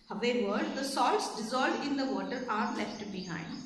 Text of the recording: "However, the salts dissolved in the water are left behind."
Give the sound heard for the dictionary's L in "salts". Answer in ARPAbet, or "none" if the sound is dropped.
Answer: L